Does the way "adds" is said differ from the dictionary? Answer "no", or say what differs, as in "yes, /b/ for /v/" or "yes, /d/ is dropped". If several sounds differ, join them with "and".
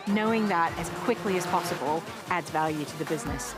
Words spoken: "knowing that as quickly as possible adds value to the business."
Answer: no